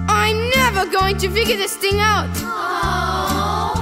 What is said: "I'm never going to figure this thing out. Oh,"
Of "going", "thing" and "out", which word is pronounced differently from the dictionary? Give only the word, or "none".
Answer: none